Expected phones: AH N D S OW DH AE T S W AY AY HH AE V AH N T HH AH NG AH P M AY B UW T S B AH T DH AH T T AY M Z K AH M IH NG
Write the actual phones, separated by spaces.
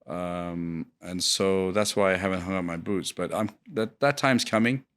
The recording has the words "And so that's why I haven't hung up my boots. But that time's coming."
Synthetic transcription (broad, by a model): AH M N S OW DH AE T S W AY AY HH AE V AH N T HH AH NG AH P M AY B UW T S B AH T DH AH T T AY M Z K AH M IH NG